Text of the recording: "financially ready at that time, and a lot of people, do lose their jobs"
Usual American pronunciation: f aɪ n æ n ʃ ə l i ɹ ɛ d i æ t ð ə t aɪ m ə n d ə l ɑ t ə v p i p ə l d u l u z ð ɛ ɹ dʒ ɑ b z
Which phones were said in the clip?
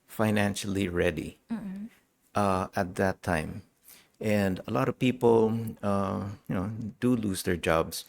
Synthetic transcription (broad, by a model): f aɪ n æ n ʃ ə l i ɹ ɛ d i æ t ð ə t aɪ m ə n d ə l ɑ t ə v p i p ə n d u l u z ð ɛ ɹ dʒ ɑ b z